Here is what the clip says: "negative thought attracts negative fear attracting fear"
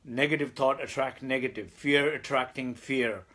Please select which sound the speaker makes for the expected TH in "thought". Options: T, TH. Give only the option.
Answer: T